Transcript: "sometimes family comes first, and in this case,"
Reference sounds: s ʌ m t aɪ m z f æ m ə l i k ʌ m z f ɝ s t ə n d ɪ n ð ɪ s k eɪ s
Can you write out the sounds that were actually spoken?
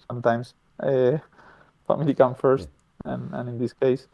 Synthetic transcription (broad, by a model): s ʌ m t aɪ m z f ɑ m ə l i k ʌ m f ɝ s t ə n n ɪ n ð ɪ s k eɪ s